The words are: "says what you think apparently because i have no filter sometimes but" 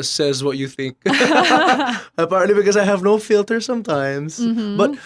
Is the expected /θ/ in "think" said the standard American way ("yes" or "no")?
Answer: yes